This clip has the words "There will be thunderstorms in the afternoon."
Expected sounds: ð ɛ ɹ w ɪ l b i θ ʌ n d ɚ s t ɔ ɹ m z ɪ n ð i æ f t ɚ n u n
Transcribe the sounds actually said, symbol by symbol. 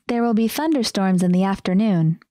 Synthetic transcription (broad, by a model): ð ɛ ɹ w ɪ l b i θ ʌ n d ɚ s t ɔ ɹ m z ɪ n ð i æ f t ɚ n u n